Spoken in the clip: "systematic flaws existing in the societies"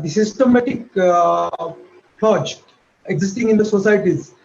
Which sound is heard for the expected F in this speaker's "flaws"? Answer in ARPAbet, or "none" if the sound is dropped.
P